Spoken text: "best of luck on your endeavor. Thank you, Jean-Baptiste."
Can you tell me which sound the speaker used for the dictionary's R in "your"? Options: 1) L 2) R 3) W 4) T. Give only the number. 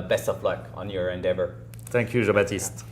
2